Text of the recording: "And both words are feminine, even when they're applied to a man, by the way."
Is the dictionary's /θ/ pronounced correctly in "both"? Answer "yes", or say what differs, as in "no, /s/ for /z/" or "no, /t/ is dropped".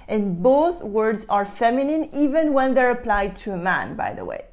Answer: yes